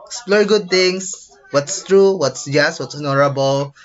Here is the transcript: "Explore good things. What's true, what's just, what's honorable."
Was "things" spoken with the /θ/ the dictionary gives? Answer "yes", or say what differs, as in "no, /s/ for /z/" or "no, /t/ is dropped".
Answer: no, /t/ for /θ/